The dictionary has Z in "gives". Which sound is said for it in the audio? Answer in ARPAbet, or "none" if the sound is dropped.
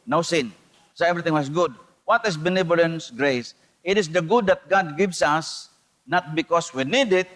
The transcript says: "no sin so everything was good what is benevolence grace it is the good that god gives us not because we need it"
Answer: S